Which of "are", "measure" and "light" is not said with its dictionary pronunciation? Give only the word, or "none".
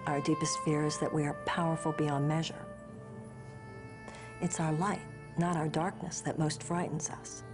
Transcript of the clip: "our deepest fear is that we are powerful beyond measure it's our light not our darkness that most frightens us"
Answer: none